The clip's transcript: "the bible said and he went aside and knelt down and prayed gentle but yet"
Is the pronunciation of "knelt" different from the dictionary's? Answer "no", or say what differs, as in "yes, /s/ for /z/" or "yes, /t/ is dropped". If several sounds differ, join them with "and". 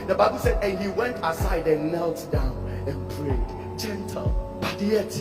no